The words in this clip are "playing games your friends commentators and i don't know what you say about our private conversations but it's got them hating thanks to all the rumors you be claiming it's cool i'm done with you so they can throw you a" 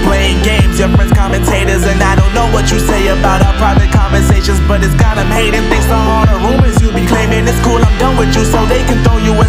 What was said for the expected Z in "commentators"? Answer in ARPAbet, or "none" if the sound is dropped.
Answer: Z